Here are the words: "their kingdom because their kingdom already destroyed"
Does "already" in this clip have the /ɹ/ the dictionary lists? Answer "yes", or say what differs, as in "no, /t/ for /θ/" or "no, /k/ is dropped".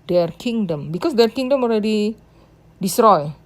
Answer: yes